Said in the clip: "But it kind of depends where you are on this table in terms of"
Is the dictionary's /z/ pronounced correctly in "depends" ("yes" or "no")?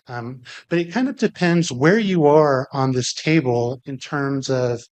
yes